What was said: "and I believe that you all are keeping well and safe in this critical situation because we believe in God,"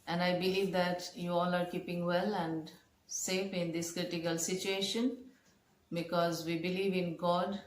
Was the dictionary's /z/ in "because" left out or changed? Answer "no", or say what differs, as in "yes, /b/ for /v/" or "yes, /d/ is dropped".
no